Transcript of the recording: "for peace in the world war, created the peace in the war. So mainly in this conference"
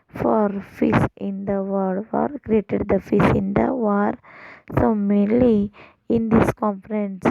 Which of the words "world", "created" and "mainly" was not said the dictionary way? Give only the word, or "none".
world